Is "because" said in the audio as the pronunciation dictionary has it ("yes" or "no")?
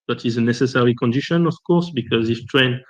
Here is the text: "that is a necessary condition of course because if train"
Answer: yes